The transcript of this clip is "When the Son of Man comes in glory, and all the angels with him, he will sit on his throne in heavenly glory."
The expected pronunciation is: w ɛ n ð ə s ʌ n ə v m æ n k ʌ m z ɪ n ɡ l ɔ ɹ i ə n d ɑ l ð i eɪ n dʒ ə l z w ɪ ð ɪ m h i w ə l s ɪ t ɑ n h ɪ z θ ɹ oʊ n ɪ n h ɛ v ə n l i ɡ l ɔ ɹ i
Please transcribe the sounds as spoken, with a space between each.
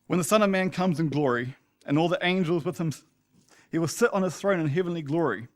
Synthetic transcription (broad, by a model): w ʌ n ð ə s ʌ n ə v m æ n k ʌ m z ɪ n ɡ l ɔ ɹ i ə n ɑ l ð i eɪ n dʒ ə l z w ɪ ð ɪ m h i w ə l s ɪ t n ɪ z θ ɹ oʊ n ɪ n h ɛ v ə n l i ɡ l ɔ ɹ i